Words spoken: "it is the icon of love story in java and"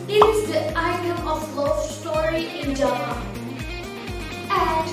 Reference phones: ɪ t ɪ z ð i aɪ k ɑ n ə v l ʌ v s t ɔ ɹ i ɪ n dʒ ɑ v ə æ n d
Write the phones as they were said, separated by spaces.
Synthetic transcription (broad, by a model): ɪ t ɪ z ð i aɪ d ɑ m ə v l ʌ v s t ɔ ɹ i ɪ n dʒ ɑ ə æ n